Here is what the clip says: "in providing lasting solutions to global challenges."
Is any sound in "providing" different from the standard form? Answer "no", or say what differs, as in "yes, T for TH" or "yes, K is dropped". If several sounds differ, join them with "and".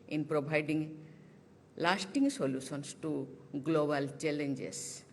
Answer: yes, B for V